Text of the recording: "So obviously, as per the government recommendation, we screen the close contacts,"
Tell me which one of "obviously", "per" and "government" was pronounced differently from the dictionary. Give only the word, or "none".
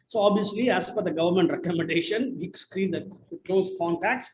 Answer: per